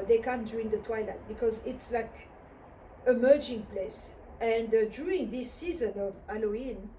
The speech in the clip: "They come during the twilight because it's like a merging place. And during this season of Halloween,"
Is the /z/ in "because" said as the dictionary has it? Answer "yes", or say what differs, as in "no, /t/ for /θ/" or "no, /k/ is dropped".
yes